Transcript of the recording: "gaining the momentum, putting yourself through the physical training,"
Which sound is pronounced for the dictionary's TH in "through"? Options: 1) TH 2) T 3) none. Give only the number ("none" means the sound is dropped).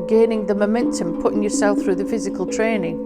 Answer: 1